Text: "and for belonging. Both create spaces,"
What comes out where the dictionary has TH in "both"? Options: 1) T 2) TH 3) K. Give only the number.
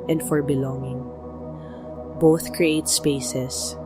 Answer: 2